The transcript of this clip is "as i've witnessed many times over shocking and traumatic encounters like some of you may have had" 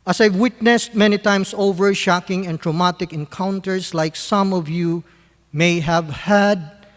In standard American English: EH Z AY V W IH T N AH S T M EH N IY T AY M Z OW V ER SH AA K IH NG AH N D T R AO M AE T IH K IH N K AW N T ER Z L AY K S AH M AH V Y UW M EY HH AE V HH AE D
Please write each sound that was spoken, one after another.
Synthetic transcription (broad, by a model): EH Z AY V W IH T N AH S T M EH N IY T AY M S OW V ER SH AA K IH NG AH N T R AO M AE T IH K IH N K AW N T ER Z L AY K S AH M AH V Y UW M EY HH AE V HH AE D